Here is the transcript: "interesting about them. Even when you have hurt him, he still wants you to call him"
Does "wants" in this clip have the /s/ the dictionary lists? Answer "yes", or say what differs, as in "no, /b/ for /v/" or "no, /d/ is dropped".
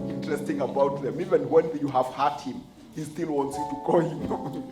yes